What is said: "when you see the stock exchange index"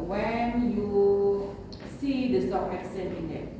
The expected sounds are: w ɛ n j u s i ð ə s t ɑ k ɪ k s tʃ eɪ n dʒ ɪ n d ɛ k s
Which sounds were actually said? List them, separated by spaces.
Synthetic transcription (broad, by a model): w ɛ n j u s i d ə s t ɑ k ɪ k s eɪ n ɪ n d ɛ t